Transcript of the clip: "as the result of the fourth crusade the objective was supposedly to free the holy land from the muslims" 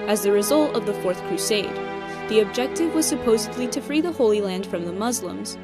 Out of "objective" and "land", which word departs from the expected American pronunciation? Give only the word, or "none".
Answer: none